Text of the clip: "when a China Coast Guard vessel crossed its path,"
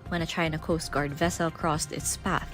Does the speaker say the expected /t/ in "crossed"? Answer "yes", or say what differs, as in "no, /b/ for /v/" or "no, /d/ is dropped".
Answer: yes